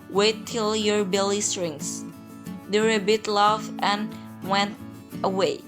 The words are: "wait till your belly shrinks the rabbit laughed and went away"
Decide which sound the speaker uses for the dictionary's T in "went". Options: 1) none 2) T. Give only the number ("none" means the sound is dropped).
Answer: 2